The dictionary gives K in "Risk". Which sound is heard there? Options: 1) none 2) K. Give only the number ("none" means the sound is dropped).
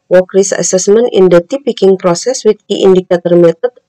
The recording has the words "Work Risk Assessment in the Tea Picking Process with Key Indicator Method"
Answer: 1